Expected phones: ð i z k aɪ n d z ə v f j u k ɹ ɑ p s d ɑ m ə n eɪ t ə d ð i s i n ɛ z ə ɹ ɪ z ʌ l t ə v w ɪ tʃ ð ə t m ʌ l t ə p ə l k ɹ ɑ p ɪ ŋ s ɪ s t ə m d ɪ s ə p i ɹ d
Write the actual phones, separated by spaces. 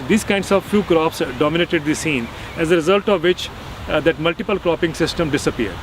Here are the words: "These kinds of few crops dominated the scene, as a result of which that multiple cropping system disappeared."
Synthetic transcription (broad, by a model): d i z k aɪ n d s ə v f j u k ɹ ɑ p s d ɑ m ə n eɪ t ə d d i s i n ɛ z ə ɹ ɪ z ʌ l t ə v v ɪ tʃ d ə t m ʌ l t ə p ə l k ɹ ɑ p ɪ ŋ s ɪ s t ə m d ɪ s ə p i ɹ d